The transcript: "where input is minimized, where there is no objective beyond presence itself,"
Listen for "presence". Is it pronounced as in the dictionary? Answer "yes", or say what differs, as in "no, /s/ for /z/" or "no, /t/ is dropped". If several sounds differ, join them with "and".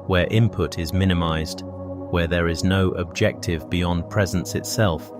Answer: yes